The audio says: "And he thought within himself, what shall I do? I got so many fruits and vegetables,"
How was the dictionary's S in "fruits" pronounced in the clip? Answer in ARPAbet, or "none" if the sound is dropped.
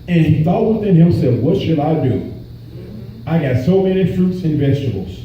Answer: S